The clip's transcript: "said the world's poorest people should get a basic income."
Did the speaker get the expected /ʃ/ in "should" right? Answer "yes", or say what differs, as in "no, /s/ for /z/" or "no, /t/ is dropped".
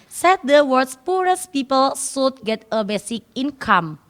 no, /s/ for /ʃ/